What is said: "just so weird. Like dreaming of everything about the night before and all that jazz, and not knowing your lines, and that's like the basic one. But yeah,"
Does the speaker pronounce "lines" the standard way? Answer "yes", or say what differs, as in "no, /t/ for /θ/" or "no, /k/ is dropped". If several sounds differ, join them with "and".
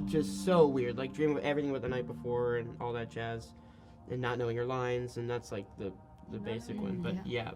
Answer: yes